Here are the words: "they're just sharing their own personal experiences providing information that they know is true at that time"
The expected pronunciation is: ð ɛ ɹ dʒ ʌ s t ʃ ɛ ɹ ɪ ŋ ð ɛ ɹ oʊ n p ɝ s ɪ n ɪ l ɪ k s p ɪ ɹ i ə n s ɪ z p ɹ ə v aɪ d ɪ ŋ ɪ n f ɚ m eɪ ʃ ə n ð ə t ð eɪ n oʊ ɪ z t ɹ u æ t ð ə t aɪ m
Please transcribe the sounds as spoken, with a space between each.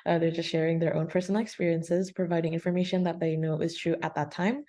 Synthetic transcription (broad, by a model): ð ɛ ɹ dʒ ʌ s t ʃ ɛ ɹ ɪ ŋ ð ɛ ɹ oʊ n p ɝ s n l ɪ k s p ɪ ɹ i ə n s ɪ z p ɹ ə v aɪ d ɪ ŋ ɪ n f ɚ m eɪ ʃ ə n ð ə t ð eɪ n oʊ ɪ z t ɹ u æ t ð ə t aɪ m